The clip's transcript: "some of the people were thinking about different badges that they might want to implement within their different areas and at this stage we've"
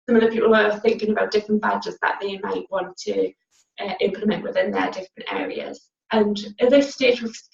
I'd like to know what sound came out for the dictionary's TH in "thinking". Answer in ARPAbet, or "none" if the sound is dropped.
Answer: TH